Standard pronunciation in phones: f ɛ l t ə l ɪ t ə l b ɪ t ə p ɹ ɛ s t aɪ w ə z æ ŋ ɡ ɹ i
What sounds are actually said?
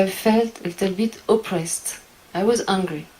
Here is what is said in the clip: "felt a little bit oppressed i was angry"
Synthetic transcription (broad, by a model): f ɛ l t ə l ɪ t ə l b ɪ t ə p ɹ ɛ s t aɪ w ə z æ ŋ ɡ ɹ i